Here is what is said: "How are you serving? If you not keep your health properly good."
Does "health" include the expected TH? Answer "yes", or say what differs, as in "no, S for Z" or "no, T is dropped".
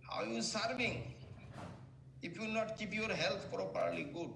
no, T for TH